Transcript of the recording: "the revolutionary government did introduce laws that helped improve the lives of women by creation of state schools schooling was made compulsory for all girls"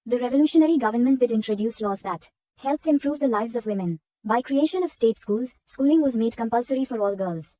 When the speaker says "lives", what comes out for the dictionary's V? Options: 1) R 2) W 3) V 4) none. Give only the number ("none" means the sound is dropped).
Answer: 3